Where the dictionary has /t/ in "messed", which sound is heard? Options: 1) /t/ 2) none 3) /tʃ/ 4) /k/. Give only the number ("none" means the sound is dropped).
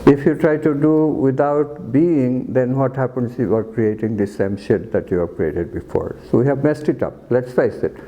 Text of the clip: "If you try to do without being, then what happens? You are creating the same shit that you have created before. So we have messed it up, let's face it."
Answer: 1